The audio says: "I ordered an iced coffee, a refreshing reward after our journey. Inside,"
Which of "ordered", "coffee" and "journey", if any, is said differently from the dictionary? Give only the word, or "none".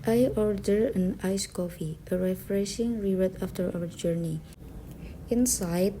none